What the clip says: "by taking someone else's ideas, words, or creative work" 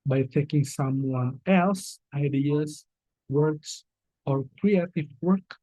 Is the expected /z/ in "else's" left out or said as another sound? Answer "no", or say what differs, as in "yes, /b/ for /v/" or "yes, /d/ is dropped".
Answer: yes, /z/ is dropped